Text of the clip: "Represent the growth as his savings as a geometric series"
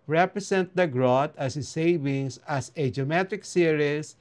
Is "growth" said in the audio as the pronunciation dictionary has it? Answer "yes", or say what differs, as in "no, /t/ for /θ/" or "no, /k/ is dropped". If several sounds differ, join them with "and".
no, /t/ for /θ/